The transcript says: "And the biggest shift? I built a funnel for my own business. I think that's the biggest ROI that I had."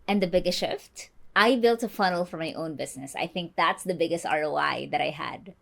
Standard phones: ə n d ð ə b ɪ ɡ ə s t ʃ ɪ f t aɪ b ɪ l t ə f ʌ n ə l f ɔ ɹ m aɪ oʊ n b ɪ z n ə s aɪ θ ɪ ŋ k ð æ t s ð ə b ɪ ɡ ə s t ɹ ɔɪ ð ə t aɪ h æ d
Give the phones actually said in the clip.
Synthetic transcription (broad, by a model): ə n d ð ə b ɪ ɡ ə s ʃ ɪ f t aɪ b ɪ l t ə f ʌ n ə l f ɔ ɹ m aɪ oʊ n b ɪ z n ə s aɪ θ ɪ ŋ k ð æ t s ð ə b ɪ ɡ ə s t ɹ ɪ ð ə t aɪ h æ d